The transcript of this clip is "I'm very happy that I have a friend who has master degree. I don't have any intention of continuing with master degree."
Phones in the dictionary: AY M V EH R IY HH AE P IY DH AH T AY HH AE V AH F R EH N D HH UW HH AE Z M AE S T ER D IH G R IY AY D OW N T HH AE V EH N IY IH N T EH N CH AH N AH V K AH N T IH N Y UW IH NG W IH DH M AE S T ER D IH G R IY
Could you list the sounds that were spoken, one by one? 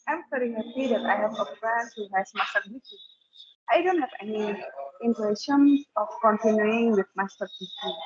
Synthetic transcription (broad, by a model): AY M F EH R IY HH AE P IY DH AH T AY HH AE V AH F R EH N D HH UW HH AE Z M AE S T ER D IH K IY AY D OW N T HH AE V EH N IY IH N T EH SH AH N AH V K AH N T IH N Y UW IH NG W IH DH M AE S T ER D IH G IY